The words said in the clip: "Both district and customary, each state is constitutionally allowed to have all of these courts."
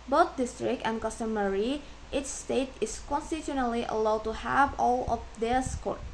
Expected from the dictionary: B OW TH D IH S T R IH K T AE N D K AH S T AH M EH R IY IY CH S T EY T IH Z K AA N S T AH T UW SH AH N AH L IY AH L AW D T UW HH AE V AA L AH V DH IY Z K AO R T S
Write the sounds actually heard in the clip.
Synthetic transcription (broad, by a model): B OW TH D IH S T R IH K T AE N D K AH S T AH M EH R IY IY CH S T EY T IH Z K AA N S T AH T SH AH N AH L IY AH L AW D T UW HH AE V AA L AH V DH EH S K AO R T